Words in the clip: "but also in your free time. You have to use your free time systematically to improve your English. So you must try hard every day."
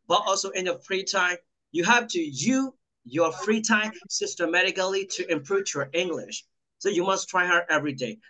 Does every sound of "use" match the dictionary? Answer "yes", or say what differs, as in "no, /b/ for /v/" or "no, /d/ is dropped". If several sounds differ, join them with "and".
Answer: no, /s/ is dropped